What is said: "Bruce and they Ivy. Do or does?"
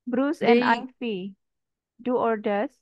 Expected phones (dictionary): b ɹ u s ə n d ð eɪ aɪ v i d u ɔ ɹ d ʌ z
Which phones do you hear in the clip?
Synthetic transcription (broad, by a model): b ɹ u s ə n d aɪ f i d u ɔ ɹ d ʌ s